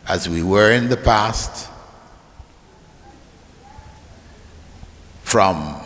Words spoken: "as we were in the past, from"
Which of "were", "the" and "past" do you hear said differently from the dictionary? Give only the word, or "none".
none